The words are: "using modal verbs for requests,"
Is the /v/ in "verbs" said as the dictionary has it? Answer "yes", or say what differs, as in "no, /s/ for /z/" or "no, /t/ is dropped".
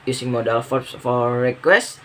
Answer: no, /f/ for /v/